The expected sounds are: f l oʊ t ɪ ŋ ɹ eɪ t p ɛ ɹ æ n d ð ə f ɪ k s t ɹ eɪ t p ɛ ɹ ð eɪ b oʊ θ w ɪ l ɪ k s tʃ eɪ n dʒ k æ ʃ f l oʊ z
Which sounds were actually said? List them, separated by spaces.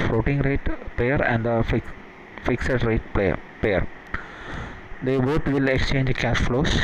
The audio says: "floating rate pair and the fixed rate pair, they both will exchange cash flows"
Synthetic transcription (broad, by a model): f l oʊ t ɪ ŋ ɹ eɪ t p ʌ ɹ æ n d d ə f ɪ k s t ɹ eɪ t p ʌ ɹ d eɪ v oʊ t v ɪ l ɪ k s tʃ eɪ n dʒ k æ ʃ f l oʊ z